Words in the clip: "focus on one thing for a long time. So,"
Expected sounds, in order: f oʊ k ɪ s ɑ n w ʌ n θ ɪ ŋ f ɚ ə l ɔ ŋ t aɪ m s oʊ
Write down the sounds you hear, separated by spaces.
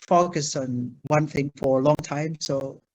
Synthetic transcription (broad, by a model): f oʊ k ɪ s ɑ n w ʌ n θ ɪ ŋ f ɚ ə l ɔ ŋ t aɪ m s oʊ